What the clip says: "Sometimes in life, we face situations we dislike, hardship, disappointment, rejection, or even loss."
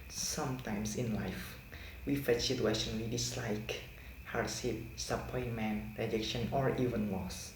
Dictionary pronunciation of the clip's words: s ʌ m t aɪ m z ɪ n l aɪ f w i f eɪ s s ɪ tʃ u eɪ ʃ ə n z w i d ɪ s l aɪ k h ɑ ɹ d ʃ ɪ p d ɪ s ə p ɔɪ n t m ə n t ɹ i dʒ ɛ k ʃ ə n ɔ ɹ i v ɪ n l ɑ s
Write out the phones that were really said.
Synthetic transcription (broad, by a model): s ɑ m t aɪ m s ɪ n l aɪ f w i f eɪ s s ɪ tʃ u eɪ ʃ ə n w i d ɪ s l aɪ k h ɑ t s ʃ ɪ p s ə p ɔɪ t m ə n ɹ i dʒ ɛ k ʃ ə n ɔ ɹ i v ɪ n l ɑ s